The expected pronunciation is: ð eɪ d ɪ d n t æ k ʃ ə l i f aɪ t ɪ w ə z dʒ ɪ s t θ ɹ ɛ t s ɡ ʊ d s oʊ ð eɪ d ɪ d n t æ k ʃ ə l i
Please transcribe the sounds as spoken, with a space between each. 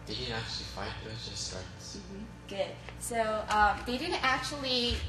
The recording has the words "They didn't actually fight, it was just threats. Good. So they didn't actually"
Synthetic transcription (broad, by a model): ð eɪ d ɪ d n t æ k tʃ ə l i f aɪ ɪ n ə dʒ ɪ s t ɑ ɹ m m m ɡ ʊ d s oʊ ð eɪ d ɪ d n t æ k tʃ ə l i